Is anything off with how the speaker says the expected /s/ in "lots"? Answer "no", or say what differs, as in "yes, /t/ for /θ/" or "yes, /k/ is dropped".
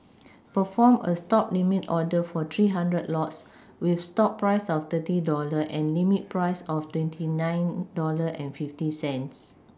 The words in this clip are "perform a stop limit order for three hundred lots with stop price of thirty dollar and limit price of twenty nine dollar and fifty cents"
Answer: no